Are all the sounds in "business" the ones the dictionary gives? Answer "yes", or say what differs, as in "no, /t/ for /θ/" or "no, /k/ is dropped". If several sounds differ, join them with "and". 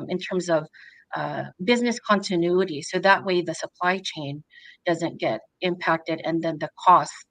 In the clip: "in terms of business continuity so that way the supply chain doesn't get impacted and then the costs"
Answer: yes